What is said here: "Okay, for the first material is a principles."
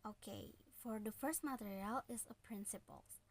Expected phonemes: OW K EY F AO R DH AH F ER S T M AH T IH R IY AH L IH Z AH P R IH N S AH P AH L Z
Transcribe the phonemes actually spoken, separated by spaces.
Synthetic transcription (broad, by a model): OW K EY F AO R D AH F ER S T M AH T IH R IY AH L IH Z AH P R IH N S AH P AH L